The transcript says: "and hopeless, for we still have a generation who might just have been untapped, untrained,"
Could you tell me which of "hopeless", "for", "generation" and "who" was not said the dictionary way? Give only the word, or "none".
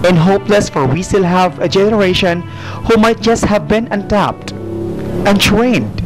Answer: none